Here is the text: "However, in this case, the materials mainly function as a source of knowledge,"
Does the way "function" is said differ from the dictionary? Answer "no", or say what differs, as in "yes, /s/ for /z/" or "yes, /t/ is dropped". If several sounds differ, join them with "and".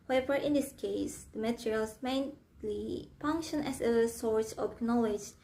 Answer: no